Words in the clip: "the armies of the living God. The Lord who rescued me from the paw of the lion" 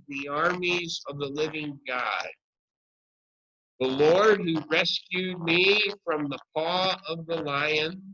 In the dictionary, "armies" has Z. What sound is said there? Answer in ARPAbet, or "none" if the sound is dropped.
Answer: Z